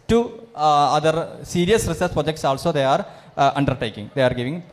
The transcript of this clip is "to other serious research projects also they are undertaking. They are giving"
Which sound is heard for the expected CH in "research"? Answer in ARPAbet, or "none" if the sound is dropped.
S